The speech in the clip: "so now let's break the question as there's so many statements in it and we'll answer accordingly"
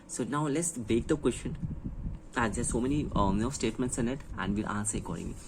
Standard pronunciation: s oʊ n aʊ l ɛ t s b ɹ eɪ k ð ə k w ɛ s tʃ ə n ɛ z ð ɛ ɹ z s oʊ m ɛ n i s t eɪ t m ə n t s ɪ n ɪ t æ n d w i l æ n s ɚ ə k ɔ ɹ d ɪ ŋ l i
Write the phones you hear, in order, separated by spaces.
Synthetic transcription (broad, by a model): s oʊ n aʊ l ɛ t s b eɪ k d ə k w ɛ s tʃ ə n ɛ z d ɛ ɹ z s oʊ m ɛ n i s t eɪ t m ə n t s ɪ n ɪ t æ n d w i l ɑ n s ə k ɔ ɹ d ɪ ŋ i